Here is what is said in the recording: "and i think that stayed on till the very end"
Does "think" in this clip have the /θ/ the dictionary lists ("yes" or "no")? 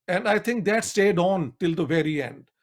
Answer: no